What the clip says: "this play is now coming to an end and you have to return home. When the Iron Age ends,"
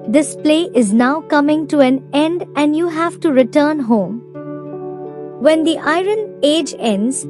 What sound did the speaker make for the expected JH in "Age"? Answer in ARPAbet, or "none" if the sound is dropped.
JH